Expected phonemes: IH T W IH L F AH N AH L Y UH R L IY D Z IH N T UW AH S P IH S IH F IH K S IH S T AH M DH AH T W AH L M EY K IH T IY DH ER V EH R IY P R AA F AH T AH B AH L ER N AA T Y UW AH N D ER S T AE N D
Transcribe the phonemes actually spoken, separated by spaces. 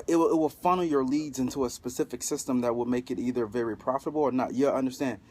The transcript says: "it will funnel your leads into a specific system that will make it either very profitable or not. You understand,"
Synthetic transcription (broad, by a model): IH T W IH L F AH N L Y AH R L IY D Z IH N T UW AH S P IH S IH F IH K S IH S T AH M DH AH T W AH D M EY K IH T IY DH ER V EH R IY P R AA F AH T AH B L ER N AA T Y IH AH N D ER S T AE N